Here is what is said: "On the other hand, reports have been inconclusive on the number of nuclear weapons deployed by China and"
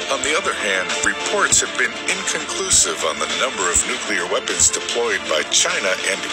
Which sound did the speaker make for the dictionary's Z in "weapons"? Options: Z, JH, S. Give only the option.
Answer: Z